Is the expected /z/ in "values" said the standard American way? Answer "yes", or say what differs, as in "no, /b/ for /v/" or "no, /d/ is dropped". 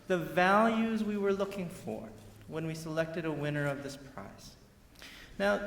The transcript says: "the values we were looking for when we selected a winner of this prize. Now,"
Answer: yes